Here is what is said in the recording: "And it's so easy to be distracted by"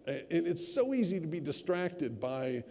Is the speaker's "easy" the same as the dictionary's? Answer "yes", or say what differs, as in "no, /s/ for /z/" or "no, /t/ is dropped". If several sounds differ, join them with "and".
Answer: yes